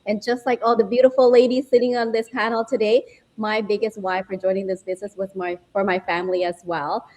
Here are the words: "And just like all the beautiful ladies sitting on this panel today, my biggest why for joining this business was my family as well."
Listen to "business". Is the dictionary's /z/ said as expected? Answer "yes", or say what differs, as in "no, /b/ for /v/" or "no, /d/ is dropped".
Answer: yes